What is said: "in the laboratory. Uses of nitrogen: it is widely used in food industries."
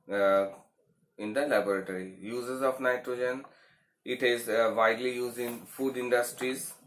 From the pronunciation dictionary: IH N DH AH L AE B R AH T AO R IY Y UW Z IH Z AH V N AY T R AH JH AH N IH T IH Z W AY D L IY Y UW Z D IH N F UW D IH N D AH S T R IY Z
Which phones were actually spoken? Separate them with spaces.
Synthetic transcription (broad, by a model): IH N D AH L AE B R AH T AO R IY Y UW Z IH Z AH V N AY T R AH JH AH N IH T IH Z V AY D L IY Y UW Z D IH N F UW D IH N D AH S T R IY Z